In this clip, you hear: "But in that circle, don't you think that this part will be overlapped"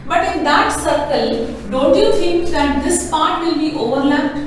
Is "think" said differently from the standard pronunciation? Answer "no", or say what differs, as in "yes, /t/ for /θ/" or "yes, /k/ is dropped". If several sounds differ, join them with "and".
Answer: yes, /f/ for /θ/